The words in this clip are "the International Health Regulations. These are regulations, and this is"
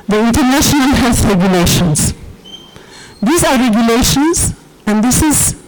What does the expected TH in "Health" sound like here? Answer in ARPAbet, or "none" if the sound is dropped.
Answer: S